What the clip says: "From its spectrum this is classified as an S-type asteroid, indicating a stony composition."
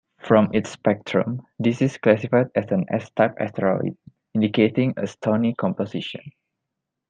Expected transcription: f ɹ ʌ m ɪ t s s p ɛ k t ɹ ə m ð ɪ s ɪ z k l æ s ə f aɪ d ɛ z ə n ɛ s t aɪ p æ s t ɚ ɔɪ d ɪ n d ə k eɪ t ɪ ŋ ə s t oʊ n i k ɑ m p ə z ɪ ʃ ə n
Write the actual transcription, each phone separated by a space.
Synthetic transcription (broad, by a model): f ɹ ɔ m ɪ t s s p ɛ k t ɹ ə m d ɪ s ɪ s k l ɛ s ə f aɪ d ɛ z ə n ɛ s t aɪ p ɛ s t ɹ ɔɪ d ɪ n d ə k eɪ t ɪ ŋ ə s t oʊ n i k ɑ m p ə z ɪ ʃ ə n